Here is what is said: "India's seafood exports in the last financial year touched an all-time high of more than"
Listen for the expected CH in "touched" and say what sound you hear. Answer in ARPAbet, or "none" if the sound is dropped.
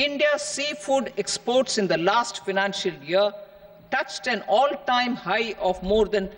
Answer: CH